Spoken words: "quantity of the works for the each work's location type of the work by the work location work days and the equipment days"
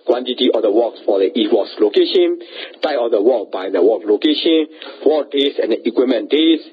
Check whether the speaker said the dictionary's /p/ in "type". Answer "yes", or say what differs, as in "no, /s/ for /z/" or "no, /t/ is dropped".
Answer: no, /p/ is dropped